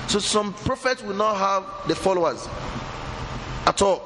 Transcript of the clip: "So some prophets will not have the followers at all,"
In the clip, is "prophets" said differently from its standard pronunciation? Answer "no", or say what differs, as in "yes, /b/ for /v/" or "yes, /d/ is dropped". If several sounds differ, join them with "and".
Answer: no